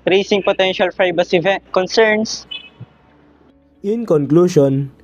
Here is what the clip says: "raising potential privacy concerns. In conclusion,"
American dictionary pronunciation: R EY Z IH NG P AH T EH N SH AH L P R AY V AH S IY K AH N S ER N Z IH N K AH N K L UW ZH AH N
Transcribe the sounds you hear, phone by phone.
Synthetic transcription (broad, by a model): R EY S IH NG P AH T EH N SH AH L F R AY B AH S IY K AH N S ER N S IH N K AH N K L UW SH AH N